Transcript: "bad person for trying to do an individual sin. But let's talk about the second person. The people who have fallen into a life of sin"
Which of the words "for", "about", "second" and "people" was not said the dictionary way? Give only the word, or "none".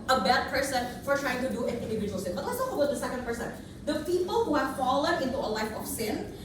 about